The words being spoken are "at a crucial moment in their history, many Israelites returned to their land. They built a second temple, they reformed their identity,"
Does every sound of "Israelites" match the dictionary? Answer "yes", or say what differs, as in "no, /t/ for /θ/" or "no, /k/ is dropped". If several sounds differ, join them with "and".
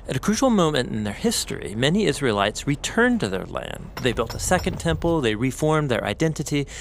yes